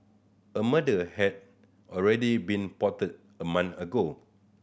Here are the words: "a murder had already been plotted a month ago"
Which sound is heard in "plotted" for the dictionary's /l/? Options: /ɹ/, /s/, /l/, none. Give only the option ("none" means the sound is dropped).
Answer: none